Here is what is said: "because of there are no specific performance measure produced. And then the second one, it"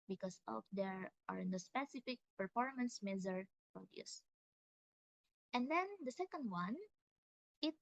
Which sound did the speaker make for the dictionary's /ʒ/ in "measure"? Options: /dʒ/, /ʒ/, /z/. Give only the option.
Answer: /z/